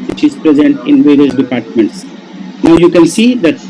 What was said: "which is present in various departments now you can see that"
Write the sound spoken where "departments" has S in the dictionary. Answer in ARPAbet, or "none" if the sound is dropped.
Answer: S